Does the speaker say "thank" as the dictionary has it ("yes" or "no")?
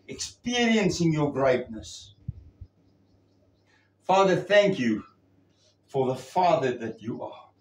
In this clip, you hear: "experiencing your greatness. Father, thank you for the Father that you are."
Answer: yes